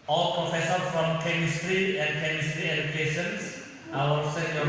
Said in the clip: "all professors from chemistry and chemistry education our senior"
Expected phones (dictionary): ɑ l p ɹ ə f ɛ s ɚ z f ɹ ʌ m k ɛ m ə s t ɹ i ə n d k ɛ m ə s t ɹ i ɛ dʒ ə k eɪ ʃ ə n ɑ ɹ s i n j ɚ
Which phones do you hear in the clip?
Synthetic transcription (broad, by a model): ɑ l p ɹ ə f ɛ s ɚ f ɹ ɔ m k ɛ m ə s t ɹ i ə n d k ɛ m ə s t ɹ i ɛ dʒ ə k eɪ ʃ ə n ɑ l s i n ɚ